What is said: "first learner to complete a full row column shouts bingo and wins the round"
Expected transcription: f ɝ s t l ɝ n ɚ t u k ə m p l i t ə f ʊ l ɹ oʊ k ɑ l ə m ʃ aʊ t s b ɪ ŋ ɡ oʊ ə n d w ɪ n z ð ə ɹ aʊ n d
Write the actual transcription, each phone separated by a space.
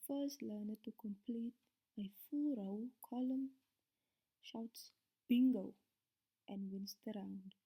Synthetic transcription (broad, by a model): f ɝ s t l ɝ n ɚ t u k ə m p l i t ə f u l ɹ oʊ k ɑ l ə m ʃ aʊ t s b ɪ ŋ ɡ oʊ ə n d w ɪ n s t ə ɹ aʊ n d